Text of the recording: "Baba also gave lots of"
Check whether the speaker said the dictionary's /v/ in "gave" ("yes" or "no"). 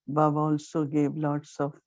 no